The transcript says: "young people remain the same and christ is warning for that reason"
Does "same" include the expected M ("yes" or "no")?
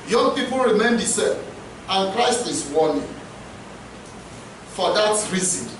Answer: no